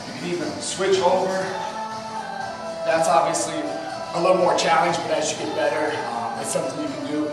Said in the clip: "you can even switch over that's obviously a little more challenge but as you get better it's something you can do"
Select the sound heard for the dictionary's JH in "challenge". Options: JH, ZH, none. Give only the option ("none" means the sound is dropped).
JH